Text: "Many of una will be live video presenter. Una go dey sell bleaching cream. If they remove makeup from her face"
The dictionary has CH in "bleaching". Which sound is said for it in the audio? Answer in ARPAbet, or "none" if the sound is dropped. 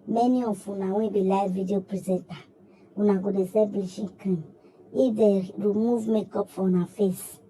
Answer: SH